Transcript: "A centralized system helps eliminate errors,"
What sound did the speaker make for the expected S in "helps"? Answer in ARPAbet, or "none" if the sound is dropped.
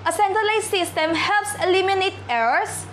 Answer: S